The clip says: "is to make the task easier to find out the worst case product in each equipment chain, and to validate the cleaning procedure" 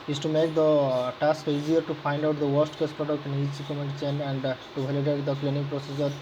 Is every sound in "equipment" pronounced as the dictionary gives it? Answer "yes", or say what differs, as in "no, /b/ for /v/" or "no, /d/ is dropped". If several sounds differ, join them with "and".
no, /p/ is dropped